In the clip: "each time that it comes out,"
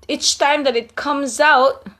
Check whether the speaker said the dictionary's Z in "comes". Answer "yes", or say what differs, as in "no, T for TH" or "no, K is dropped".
yes